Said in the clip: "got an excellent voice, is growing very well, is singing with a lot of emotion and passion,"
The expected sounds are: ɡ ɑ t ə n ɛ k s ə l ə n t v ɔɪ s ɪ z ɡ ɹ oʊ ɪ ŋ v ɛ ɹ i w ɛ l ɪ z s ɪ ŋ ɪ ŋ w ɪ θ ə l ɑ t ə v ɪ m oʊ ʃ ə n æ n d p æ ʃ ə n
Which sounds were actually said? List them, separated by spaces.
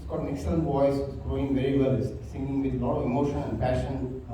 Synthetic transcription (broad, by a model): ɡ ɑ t ə n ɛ k s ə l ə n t b ɔɪ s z ɡ ɹ oʊ ɪ ŋ v ɛ ɹ i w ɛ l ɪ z s ɪ ŋ ɪ ŋ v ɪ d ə l ɑ t ə v ɪ m oʊ ʃ ə n æ n d p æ ʃ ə n